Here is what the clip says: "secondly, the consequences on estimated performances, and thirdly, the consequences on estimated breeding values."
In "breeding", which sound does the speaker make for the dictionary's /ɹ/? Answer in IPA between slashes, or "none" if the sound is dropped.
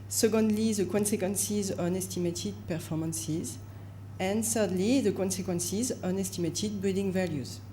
none